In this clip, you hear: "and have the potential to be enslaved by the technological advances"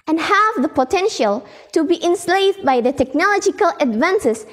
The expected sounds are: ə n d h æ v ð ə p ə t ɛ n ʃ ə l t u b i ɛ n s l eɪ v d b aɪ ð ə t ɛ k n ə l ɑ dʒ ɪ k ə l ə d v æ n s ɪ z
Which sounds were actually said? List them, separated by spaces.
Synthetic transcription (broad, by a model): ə n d h æ v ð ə p ə t ɛ n ʃ ə l t u b i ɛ n s l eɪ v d b aɪ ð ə t ɛ k n ə l ɑ dʒ ɪ k ə l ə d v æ n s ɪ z